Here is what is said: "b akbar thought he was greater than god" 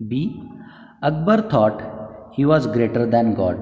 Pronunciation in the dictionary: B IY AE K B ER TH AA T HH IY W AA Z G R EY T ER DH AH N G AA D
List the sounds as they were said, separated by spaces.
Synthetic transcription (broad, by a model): B IY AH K B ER T AA T HH IY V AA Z G R EY T ER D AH N G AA D